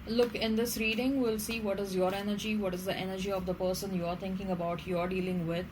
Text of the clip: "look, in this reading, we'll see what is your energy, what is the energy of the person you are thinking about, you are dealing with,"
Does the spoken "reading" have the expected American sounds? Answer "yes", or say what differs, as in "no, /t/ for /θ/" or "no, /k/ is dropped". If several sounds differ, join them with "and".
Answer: yes